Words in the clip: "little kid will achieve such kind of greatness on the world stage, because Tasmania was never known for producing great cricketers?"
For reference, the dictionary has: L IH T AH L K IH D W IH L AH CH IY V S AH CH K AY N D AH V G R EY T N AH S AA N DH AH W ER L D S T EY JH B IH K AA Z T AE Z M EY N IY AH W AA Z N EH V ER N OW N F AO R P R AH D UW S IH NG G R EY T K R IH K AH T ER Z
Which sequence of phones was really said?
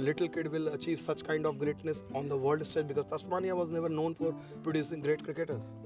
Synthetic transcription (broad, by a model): L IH T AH L K IH D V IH L AH CH IY V S AH CH K AY N D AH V G R EY T N AH S AA N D AH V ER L D S T EY JH B IH K AA Z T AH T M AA N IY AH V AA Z N EH V ER N OW N F AO R P R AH D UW S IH NG G R EY T K R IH K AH T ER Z